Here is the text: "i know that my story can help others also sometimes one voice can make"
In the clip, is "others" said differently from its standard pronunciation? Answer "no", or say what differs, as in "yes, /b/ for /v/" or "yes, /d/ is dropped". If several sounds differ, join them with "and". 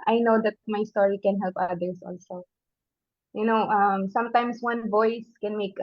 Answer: yes, /s/ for /z/